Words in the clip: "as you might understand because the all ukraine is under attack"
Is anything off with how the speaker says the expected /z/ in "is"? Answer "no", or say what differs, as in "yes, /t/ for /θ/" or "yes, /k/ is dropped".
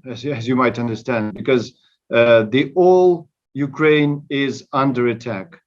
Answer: no